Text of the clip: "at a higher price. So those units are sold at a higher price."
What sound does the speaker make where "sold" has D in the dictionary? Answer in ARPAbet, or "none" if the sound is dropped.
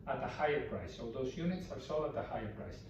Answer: none